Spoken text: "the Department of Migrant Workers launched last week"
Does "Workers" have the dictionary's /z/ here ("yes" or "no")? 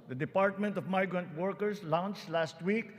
no